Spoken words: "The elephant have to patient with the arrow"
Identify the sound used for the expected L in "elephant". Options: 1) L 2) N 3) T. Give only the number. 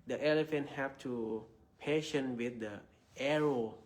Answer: 1